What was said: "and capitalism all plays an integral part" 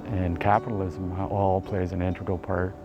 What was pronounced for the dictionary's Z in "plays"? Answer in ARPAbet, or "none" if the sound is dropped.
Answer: Z